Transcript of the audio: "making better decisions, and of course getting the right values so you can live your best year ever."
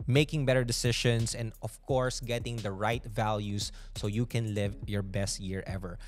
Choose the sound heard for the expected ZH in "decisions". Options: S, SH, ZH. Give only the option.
SH